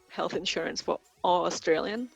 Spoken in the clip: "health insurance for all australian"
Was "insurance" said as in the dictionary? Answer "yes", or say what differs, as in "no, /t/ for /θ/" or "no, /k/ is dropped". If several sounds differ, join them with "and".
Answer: yes